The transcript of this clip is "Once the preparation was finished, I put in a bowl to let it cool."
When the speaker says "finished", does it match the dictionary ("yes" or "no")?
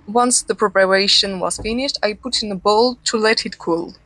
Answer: yes